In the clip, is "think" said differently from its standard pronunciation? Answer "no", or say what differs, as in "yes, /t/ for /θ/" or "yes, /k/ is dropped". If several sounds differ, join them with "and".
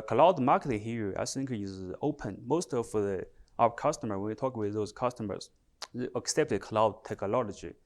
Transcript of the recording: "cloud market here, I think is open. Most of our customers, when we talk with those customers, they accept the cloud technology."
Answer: yes, /s/ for /θ/